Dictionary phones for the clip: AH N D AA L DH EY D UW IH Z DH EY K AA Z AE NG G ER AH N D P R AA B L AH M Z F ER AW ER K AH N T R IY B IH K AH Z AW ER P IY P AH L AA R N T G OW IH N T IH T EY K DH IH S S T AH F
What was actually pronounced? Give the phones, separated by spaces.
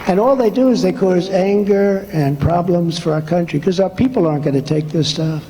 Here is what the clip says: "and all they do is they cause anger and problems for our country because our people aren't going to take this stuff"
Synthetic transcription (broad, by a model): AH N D AA L DH EY D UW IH Z DH EY K AA Z AE NG G ER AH N P R AA B L AH M Z F ER AW ER K AH N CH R IY K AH Z AW ER P IY P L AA R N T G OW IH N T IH T EY K DH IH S S T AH F